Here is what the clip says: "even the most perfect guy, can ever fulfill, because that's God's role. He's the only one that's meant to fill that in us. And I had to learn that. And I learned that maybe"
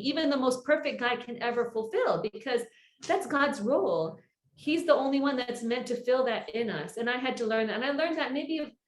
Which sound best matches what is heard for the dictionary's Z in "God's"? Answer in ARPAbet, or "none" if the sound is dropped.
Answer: Z